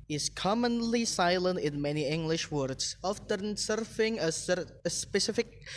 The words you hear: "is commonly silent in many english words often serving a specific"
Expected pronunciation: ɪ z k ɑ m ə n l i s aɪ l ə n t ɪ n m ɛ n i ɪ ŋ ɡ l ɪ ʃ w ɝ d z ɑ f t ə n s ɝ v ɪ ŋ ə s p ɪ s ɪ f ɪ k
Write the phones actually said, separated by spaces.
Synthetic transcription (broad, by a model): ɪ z k ɑ m ə n l i s aɪ l ə n t ɪ n m ɛ n i ɪ ŋ ɡ l ɪ ʃ w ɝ d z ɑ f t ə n s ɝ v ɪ ŋ ə s p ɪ s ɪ f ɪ k